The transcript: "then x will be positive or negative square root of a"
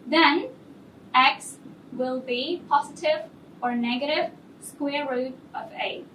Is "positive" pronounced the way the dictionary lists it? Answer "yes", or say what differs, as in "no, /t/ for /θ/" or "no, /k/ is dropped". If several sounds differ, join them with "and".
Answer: yes